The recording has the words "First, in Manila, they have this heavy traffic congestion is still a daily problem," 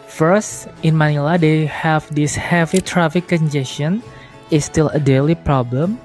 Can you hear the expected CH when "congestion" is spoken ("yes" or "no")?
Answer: no